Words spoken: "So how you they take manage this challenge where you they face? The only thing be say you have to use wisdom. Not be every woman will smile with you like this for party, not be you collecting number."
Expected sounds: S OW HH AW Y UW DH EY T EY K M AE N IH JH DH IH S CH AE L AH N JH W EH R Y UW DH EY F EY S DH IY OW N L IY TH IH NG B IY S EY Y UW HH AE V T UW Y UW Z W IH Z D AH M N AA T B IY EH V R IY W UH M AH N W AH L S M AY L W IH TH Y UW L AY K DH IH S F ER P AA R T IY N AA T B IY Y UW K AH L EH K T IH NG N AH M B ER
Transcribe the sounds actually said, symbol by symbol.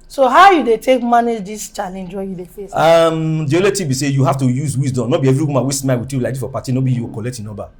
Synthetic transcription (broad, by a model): S OW HH AW Y UW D EY T EY K M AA N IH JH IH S CH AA L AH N JH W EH Y UW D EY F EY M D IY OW L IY T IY B IY S EY Y UW HH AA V T UW Y UW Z W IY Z D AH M N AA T B IY EH V R IY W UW M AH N W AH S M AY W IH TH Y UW L AY K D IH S F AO P AA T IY N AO B IY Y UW K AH L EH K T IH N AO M B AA